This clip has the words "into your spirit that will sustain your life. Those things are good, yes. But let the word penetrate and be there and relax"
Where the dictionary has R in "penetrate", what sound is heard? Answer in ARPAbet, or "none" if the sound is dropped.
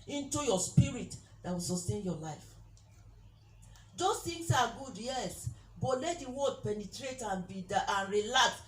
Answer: R